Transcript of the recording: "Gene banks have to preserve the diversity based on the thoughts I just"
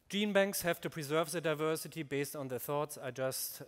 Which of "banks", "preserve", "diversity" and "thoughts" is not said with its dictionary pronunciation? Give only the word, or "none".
none